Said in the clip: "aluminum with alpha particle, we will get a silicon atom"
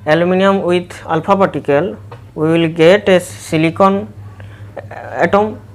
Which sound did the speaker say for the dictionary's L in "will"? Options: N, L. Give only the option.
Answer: L